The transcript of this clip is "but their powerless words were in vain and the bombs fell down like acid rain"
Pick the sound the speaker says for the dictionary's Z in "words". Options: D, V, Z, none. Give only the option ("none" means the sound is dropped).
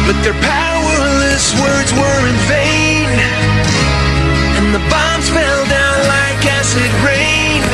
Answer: Z